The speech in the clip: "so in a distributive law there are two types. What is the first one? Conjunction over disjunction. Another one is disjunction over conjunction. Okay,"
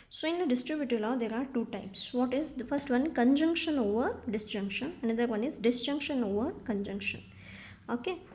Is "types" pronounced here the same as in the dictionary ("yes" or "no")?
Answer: yes